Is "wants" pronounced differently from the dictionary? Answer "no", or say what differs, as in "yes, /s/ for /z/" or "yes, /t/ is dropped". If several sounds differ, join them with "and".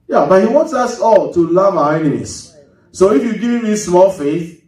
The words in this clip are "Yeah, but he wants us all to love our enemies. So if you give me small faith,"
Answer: no